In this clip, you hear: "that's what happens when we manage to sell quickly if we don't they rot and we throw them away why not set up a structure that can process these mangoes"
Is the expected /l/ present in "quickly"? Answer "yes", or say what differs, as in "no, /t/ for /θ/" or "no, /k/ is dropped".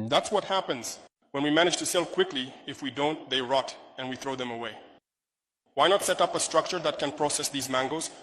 yes